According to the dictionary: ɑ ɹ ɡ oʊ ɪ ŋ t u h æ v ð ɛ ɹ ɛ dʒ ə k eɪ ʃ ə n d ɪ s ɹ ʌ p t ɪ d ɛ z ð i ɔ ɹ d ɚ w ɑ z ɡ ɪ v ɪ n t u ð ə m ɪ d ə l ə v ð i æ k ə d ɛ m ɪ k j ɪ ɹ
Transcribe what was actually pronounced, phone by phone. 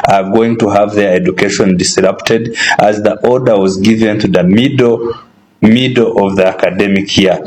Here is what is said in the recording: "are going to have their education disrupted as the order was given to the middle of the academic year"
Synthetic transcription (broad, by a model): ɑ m ɡ oʊ ɪ ŋ t u h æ v ð ɛ ɹ ɛ dʒ ə k eɪ ʃ ə n d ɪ s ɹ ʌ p t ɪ d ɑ z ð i ɔ ɹ d ɚ w ɑ z ɡ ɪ v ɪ n t u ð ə m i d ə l ə v ð i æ k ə d ɛ m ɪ k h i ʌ